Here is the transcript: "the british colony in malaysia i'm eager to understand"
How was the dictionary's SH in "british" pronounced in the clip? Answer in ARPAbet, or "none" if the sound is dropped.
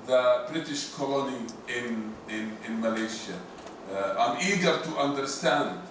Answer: SH